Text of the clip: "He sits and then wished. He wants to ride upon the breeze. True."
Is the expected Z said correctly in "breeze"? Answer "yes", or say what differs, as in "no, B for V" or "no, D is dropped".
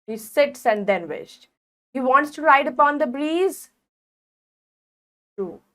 yes